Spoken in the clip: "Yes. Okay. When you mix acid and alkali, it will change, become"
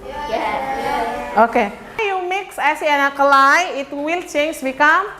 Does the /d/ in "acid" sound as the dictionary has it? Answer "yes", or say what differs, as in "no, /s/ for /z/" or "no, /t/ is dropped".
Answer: no, /d/ is dropped